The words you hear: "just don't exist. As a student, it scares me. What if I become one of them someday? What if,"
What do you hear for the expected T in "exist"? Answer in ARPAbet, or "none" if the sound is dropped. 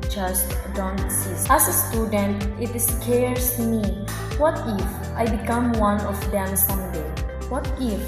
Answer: none